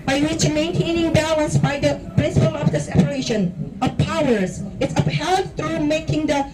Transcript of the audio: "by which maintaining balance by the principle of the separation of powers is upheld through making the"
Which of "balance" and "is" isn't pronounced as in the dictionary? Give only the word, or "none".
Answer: is